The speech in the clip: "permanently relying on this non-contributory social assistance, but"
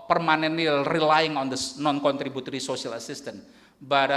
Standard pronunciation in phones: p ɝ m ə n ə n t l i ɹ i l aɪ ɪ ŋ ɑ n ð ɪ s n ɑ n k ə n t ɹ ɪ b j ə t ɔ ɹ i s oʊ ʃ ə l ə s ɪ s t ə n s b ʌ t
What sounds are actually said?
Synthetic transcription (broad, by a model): p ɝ m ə n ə n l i ɹ i l aɪ ɪ ŋ ɑ n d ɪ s n ɑ n k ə n t ɹ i b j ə t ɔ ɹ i s oʊ s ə l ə s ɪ s t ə n b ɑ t